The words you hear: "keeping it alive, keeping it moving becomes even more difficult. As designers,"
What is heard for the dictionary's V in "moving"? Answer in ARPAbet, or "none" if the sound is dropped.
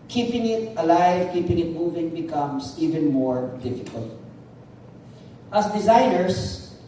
V